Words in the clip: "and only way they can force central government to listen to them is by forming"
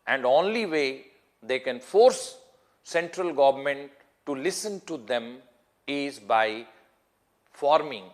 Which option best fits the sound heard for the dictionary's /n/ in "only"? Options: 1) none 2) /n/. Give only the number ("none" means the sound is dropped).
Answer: 2